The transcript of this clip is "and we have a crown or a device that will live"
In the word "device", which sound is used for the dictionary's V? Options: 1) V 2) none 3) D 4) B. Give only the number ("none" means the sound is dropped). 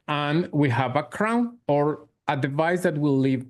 1